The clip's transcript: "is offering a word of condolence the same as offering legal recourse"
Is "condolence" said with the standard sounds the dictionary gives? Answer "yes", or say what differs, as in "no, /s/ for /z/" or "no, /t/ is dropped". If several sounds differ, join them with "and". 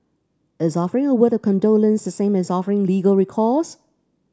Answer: yes